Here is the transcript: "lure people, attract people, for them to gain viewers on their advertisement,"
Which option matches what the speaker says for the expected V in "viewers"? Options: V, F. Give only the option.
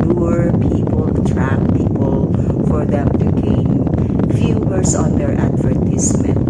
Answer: F